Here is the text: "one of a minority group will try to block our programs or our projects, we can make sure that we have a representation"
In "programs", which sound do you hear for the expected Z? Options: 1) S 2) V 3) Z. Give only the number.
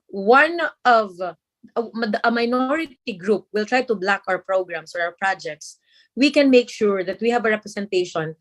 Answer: 1